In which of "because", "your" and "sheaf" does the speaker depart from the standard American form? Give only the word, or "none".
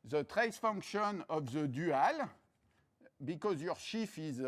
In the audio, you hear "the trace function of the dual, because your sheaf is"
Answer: none